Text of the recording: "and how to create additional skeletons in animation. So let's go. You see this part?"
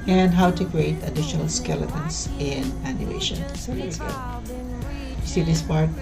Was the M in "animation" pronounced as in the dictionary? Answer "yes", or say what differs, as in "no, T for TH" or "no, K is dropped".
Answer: no, M is dropped